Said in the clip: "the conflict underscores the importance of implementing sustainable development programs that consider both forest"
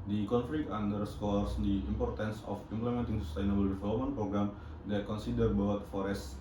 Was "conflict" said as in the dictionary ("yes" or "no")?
no